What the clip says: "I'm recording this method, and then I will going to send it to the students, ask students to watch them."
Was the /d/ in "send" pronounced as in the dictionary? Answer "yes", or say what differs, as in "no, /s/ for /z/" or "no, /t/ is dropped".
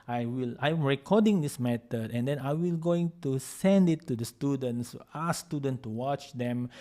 yes